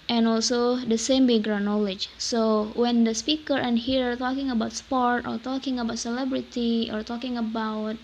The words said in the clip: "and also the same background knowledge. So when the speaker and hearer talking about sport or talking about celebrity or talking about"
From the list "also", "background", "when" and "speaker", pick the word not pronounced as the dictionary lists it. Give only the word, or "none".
background